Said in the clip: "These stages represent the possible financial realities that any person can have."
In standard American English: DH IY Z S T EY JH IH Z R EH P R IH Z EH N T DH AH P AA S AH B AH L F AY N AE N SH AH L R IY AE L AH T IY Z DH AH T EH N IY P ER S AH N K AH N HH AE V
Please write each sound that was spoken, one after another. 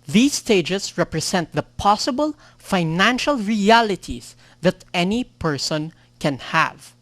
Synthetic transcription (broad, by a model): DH IY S T EY JH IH S R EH P R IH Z EH N T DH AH P AA S AH B AH L F AY N AE N SH AH L R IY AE L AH T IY S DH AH T EH N IY P ER S AH N K AH N HH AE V